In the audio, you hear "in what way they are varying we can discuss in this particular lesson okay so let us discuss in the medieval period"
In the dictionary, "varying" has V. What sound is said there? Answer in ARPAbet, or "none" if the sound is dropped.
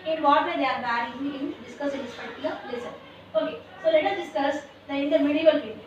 B